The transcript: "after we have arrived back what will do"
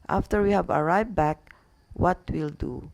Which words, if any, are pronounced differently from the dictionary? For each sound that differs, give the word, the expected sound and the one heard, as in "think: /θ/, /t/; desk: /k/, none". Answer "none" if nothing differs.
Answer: arrived: /v/, none